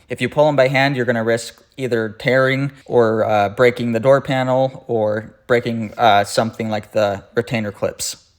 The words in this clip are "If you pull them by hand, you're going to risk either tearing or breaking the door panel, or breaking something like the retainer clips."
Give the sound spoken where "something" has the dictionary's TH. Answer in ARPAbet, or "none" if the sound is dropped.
TH